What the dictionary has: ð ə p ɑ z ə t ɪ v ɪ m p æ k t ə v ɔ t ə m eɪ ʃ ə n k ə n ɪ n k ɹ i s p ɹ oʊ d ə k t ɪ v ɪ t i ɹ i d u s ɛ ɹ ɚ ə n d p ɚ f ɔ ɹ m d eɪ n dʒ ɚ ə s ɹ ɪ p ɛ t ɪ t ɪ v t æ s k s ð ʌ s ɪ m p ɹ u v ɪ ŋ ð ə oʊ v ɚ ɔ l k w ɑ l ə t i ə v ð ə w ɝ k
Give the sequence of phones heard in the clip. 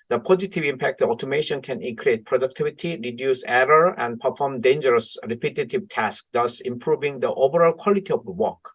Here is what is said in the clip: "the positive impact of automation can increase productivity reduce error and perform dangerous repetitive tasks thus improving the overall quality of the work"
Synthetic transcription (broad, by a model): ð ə p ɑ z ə t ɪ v ɪ m p æ k t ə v ɔ t ə m eɪ ʃ ə n k ə n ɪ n k ɹ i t p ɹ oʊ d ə k t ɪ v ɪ t i ɹ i d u s ɛ ɹ ɚ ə n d p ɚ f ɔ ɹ m d eɪ n dʒ ɚ ə s ɹ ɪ p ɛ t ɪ t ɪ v t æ s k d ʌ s ɪ m p ɹ u v ɪ ŋ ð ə oʊ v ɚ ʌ l k w ɑ l ə t i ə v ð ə w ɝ k